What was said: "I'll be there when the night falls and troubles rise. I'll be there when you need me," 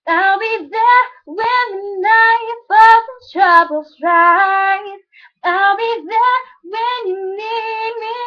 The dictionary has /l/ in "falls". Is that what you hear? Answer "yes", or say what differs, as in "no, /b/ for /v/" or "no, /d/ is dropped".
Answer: no, /l/ is dropped